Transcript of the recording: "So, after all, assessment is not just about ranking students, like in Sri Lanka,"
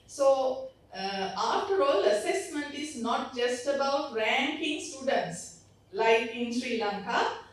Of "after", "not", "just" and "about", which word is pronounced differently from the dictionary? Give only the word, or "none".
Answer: after